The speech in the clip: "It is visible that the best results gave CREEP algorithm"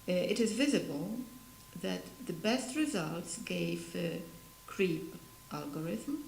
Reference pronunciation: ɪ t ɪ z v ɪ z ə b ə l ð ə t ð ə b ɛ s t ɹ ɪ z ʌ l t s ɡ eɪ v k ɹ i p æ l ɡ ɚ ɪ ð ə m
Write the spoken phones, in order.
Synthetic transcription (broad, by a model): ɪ t ɪ z v ɪ z ə b ə l ð ə t ð ə b ɛ s t ɹ ɪ z ʌ l t s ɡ eɪ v k ɹ i p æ l ɡ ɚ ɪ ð m